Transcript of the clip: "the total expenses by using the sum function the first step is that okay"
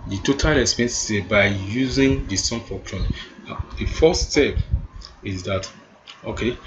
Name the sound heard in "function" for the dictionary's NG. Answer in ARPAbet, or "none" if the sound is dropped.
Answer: none